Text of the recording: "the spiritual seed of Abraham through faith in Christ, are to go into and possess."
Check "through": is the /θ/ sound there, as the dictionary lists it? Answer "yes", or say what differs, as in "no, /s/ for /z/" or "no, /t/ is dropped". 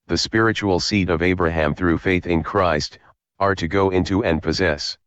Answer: yes